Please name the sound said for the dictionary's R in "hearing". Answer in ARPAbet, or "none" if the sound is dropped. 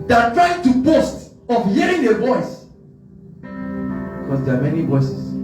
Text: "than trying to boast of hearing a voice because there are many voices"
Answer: R